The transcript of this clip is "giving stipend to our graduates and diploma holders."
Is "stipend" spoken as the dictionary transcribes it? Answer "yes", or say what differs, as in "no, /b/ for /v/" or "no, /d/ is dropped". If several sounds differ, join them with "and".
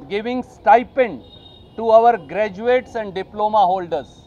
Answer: yes